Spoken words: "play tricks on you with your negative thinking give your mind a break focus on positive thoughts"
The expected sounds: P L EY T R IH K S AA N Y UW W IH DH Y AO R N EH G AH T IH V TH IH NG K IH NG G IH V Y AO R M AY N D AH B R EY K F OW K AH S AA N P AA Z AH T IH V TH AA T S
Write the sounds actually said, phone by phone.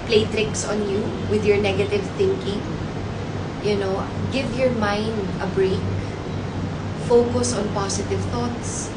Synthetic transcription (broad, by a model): P L EY T R IH K S AA N Y UW W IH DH Y AO R N EH G AH T IH V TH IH NG K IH NG G IH V Y AO R M AY N D AH B R EY K F OW K AH S AA N P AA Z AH T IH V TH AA T S